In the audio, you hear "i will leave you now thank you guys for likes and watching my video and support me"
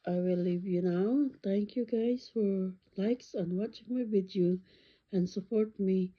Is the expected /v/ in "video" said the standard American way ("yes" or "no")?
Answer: no